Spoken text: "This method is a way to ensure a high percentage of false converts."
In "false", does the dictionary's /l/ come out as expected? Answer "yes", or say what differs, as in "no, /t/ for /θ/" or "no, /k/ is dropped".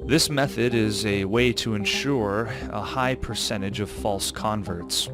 yes